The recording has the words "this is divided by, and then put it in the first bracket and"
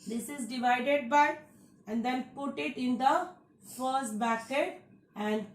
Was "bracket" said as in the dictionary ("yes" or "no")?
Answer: no